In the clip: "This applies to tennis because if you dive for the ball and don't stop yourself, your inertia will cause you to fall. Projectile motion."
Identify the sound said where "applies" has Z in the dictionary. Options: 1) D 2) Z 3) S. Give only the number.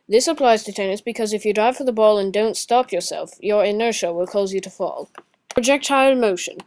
2